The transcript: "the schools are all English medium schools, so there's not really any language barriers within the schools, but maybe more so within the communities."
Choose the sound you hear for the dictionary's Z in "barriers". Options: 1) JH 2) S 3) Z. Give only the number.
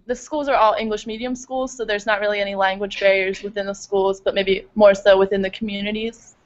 3